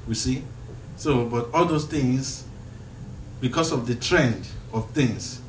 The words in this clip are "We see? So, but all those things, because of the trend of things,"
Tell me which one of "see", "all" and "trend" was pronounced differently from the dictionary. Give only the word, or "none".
none